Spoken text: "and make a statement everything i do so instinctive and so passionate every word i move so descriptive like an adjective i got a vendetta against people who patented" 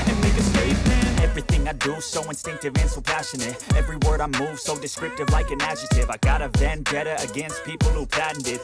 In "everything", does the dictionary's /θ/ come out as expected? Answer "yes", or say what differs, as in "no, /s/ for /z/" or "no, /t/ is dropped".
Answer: yes